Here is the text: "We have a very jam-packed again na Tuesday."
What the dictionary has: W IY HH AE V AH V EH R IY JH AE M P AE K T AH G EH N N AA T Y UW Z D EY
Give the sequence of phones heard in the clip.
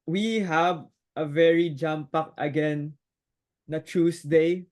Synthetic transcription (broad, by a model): W IY HH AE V AH V EH R IY JH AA M P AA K AH G EH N N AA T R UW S D EY